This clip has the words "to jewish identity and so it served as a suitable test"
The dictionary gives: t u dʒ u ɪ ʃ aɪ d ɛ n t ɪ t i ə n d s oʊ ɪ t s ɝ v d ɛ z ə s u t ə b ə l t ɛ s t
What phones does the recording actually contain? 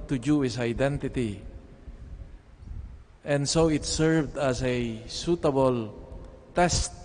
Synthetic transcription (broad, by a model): t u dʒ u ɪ s aɪ d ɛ n t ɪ t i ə n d s oʊ ɪ t s ɝ v d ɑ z ə s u t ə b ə l t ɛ s t